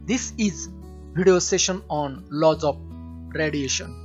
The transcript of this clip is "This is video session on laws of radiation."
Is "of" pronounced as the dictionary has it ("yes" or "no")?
no